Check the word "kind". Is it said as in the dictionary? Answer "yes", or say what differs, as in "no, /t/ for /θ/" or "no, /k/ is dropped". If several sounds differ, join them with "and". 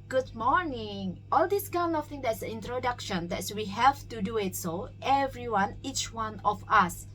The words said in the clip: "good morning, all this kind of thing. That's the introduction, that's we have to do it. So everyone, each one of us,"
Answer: no, /d/ is dropped